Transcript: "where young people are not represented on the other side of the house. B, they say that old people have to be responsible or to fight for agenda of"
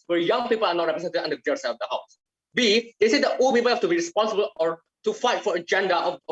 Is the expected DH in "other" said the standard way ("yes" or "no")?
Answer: no